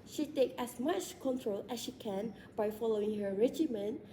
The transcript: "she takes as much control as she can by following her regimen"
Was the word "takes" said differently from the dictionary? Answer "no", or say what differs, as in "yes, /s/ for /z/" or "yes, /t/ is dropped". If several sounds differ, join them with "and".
yes, /s/ is dropped